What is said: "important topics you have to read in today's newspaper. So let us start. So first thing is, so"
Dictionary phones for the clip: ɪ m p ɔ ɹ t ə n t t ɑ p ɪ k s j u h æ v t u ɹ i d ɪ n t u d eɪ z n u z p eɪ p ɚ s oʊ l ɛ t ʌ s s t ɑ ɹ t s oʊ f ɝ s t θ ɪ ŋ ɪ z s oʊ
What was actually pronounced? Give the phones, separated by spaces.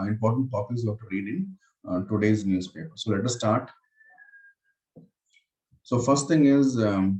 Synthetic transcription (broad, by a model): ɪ m p ɔ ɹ t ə n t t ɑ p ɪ s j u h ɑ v t u ɹ i d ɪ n t u d eɪ z n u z p eɪ p ɚ s oʊ l ɛ t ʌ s s t ɑ ɹ t s oʊ f ɝ s t t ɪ ŋ ɪ z